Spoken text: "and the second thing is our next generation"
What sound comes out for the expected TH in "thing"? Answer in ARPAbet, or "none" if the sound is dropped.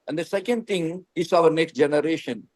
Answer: T